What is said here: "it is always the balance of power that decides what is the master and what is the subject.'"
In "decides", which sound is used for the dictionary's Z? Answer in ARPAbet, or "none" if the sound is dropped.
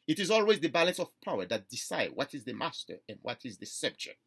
none